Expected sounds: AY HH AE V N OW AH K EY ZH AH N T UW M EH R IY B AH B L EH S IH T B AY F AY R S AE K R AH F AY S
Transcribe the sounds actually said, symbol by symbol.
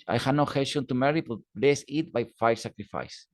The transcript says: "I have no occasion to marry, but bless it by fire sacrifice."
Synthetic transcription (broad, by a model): AY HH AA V N OW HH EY SH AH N T UW M EH R IY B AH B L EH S IH T B AY F AY R S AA K R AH F AY S